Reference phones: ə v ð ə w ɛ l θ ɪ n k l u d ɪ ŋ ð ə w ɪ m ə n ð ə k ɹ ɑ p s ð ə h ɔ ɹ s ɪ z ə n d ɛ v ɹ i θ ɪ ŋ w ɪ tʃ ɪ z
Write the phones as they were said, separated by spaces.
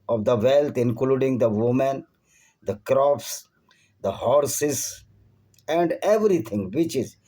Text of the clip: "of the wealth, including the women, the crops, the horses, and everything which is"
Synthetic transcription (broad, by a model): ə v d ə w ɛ l t ɪ n k l u d ɪ ŋ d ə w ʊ m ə n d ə k ɹ ɑ p s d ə h ɔ ɹ s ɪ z ə n d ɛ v ɹ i t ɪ ŋ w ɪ tʃ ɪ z